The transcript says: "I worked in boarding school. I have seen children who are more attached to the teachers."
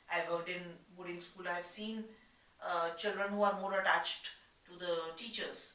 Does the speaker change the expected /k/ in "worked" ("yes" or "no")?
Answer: yes